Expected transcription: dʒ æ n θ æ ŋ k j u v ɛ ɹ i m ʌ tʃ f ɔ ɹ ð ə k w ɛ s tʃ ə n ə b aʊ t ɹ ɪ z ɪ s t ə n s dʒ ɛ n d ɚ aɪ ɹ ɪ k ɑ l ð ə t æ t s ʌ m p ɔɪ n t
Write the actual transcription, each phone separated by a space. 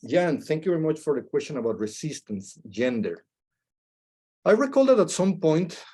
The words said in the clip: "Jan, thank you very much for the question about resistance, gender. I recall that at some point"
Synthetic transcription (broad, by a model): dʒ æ n θ æ ŋ k j u v ɛ ɹ i m ʌ tʃ f ɔ ɹ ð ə k w ɛ s tʃ ə n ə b aʊ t ɹ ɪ s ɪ s t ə n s dʒ ɛ n d ɚ aɪ ɹ ɪ k ɑ l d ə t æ t s ʌ m p ɔɪ n t